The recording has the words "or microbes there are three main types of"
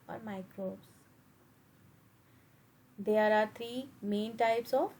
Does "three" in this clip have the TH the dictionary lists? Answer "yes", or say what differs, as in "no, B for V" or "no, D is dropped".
no, T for TH